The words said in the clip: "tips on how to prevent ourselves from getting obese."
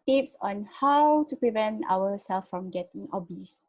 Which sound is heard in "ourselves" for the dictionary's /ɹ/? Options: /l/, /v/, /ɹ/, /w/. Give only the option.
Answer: /w/